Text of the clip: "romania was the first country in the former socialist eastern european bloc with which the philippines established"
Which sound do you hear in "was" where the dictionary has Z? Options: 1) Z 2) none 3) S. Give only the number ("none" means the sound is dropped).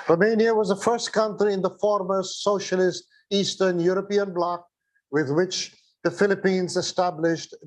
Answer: 1